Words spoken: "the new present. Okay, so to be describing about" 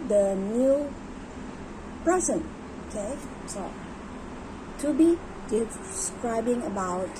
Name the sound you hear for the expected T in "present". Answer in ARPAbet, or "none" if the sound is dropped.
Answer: none